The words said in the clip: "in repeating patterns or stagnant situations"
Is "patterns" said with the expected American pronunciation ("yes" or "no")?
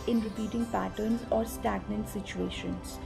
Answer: yes